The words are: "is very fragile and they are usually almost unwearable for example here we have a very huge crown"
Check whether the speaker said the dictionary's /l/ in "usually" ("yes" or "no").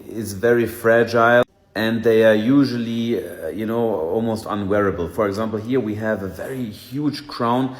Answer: no